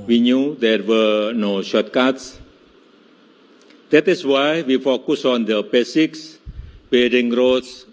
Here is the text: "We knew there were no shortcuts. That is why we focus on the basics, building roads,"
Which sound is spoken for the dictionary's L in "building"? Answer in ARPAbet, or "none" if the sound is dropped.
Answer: none